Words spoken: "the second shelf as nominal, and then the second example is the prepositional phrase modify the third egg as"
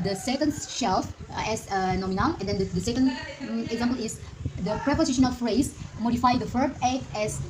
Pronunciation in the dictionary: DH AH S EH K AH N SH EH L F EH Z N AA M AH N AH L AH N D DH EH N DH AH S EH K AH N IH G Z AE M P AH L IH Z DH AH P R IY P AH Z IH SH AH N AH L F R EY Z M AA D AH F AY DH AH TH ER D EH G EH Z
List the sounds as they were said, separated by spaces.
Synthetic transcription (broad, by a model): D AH S EH K AH N SH EH L F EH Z N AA M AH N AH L AH N D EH N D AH S EH K AH N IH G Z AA M P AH L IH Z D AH P R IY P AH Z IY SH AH N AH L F R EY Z M AA D AH F AY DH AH F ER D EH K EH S